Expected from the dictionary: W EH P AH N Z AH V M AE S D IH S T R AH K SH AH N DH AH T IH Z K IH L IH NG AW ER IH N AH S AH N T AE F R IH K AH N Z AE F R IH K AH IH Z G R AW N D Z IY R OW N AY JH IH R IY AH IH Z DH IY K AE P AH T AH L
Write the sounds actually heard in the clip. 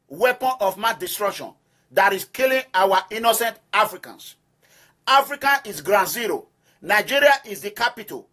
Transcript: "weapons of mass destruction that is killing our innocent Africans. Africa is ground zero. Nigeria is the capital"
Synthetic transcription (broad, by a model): W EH P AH N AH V M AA D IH S T R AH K SH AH N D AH T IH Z K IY L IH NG AW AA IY N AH S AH N T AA F R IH K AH N S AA F R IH K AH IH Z G R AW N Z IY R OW N AY JH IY R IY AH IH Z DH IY K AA P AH T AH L